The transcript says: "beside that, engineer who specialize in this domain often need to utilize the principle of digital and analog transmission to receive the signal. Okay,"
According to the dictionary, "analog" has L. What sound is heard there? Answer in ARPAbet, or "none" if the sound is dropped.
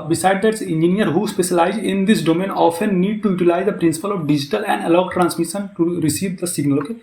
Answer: none